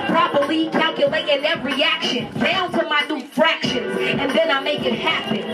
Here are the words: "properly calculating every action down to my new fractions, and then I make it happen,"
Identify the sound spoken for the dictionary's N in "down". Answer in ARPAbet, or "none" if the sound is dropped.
L